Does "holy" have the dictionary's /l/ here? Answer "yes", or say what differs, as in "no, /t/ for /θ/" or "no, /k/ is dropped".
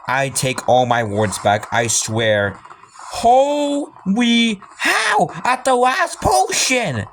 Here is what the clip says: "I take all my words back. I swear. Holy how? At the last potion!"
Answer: no, /w/ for /l/